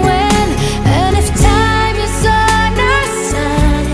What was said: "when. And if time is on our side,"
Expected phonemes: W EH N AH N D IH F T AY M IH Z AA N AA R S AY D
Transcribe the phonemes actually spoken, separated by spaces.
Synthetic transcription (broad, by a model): W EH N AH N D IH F T AY M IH S AA N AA S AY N